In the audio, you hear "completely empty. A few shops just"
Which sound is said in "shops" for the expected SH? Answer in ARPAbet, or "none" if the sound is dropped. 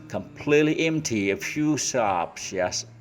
S